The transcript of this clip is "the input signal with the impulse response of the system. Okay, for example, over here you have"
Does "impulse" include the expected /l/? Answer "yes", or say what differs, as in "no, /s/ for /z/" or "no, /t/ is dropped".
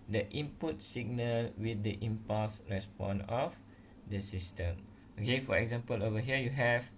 no, /l/ is dropped